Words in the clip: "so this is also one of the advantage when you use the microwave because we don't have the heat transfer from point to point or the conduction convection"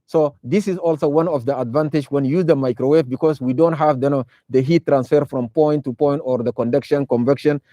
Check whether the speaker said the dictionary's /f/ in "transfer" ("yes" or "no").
yes